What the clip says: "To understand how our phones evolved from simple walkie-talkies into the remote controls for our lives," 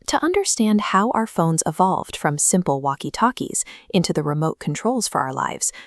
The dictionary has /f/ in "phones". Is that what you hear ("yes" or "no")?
yes